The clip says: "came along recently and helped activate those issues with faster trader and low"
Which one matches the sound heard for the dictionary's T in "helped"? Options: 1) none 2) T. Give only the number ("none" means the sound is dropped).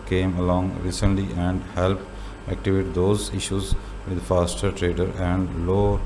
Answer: 1